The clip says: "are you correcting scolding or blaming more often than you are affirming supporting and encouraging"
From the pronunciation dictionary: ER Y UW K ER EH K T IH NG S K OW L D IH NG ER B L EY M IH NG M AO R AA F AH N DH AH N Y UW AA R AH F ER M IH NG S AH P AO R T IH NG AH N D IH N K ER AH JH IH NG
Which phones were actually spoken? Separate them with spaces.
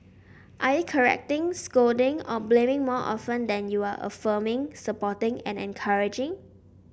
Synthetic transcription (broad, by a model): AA Y UW K ER EH K T IH NG S K OW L D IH NG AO B L EY M IH NG M AO AA F AH N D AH N Y UW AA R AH F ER M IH NG S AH P AO T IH NG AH N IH N K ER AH JH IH NG